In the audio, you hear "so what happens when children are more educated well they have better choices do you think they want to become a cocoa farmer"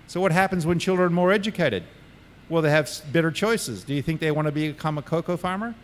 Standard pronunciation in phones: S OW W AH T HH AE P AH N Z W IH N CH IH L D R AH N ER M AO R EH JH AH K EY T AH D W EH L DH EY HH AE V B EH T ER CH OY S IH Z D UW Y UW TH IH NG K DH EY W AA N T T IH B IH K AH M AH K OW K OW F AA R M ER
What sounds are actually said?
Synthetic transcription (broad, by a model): S OW W AH T HH AE P AH N Z W IH N CH IH L D R AH N M AO R EH JH AH K EY T AH D W EH L DH EY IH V B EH T ER CH OY S IH Z D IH Y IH TH IH NG K DH EY W AA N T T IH B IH K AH M AH K OW K OW F AA R M ER